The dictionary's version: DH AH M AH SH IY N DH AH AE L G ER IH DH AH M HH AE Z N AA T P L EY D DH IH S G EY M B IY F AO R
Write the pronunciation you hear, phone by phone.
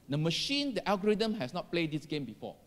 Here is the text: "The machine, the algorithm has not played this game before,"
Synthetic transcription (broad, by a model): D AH M AH SH IY N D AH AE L G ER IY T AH M HH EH S N AA T P L EY D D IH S G EY M B IY F AO